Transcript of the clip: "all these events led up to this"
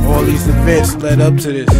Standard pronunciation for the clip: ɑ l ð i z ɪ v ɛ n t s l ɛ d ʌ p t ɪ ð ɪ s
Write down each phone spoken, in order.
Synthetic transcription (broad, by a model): ɑ l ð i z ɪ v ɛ t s l ɛ d ʌ p t ɪ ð ɪ s